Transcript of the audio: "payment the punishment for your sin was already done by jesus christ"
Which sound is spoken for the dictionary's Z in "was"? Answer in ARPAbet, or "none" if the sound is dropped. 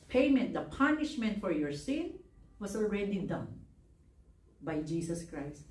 S